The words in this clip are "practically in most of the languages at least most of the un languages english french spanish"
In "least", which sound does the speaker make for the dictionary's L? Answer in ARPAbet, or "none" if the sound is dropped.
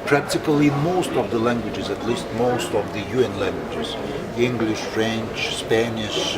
L